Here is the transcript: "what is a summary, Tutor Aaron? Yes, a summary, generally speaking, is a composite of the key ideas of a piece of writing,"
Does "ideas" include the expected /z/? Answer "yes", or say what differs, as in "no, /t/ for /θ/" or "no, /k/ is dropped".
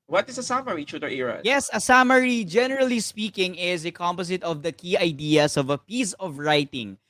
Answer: no, /s/ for /z/